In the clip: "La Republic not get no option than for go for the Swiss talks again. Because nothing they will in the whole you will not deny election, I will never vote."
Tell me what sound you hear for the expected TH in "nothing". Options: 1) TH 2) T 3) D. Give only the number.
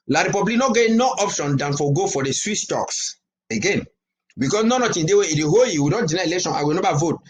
2